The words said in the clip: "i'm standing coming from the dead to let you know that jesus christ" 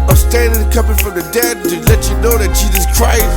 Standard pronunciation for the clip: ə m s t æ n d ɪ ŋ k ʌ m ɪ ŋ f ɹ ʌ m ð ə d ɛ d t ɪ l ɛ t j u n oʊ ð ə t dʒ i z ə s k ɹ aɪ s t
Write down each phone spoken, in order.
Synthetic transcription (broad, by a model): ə s t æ n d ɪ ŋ k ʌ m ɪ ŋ f ɹ ʌ m ð ə d ɛ d t ɪ l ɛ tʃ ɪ n oʊ ð ə t dʒ i z ə s k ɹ aɪ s